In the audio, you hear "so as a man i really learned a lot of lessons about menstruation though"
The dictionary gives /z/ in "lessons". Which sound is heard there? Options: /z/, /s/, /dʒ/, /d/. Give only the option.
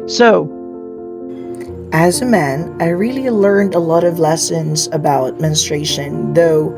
/z/